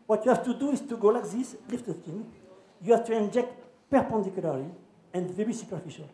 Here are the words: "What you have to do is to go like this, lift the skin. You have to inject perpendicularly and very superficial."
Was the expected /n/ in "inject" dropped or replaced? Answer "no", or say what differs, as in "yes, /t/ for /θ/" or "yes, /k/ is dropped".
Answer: no